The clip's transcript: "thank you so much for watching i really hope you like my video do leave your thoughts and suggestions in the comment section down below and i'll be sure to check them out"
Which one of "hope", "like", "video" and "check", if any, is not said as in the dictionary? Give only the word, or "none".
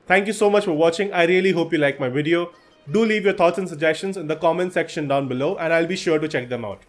none